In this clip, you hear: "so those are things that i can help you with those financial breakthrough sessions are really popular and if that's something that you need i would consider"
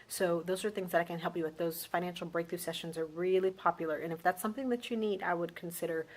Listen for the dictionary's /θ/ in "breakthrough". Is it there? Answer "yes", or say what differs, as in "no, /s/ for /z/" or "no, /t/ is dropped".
yes